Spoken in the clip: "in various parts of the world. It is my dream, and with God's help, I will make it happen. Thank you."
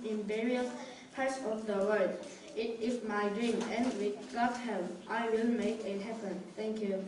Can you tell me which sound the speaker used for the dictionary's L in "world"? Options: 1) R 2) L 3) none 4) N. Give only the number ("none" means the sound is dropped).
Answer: 3